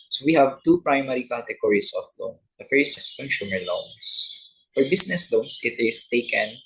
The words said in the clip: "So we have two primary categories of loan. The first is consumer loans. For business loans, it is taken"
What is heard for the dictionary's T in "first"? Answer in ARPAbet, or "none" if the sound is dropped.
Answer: none